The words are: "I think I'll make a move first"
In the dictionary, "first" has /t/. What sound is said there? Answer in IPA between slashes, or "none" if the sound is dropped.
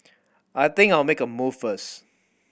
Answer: none